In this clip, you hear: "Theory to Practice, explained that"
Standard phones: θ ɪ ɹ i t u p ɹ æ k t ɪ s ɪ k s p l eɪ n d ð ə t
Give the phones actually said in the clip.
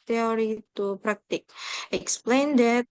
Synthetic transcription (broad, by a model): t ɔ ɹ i t u p ɹ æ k t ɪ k ɪ k s p l eɪ n d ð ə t